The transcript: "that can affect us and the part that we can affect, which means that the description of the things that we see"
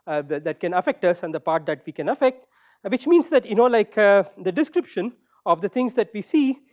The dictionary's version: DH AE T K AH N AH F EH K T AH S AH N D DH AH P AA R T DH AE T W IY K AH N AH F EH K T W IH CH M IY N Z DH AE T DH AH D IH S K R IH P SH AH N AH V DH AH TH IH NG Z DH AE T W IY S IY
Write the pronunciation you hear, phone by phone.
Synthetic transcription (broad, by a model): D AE T K AH N AH F EH K T AH S AH N D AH P AA R T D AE T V IY K AH N AH F EH K T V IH CH M IY N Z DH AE T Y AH D IH S K R IH P SH AH N AH V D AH T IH NG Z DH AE T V IY S IY